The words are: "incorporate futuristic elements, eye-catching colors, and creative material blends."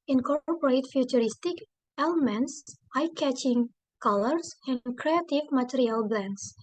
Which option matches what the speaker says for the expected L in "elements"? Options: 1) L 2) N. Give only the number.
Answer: 1